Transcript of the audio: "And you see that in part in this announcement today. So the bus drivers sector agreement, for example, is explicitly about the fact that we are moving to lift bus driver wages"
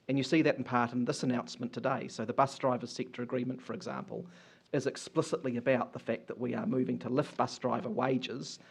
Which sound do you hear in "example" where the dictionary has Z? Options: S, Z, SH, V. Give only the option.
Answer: Z